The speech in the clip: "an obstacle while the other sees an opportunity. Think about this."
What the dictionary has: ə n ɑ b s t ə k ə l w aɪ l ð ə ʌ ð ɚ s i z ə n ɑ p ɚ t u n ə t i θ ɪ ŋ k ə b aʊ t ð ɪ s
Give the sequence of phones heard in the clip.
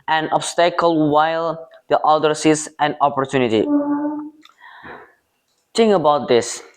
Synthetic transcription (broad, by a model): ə n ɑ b s t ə k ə l w aɪ l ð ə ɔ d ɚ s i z ə n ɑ p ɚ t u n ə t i t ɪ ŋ ə b aʊ t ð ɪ s